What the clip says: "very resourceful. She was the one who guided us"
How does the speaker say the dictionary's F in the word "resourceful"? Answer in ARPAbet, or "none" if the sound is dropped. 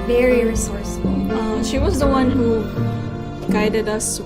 none